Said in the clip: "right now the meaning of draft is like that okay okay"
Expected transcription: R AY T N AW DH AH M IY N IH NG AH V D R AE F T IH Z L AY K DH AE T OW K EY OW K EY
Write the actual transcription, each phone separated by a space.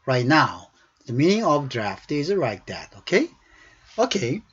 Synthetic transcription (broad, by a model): R AY T N AW DH AH M IY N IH NG AH V D R AE F T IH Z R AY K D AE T OW K EY OW K EY